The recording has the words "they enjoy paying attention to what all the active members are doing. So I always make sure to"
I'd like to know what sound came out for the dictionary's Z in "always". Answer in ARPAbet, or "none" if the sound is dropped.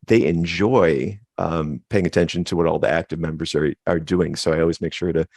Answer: Z